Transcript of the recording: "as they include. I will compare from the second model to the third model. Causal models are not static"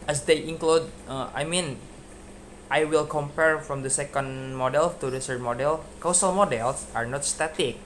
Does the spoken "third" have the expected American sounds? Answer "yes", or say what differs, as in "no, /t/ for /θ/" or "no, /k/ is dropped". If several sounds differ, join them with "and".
no, /s/ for /θ/